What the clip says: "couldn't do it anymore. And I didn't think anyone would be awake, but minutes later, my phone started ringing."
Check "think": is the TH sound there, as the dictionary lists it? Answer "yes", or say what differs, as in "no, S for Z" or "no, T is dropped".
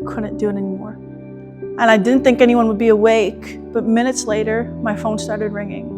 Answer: yes